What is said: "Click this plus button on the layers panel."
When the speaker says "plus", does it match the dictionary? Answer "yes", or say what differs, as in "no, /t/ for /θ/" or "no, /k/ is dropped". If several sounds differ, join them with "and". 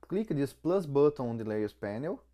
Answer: yes